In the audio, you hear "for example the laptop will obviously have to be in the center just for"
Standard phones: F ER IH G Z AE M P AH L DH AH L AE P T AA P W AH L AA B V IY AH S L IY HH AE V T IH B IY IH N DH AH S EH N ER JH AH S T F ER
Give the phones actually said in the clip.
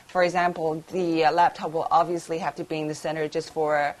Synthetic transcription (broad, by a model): F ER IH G Z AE M P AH L DH AH L AE P T AA P W AH L AA B V IY AH S L IY HH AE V T IH B IY IH N DH AH S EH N ER JH AH S T F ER